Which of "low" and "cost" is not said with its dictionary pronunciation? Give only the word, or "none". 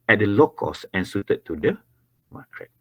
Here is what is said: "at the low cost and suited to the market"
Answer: cost